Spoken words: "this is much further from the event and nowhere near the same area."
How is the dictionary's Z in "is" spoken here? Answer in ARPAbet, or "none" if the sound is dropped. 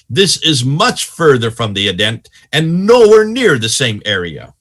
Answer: Z